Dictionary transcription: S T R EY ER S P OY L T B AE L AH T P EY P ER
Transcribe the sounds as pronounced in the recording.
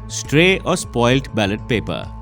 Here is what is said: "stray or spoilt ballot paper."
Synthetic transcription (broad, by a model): S T R EY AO S P OY L T B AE L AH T P EY P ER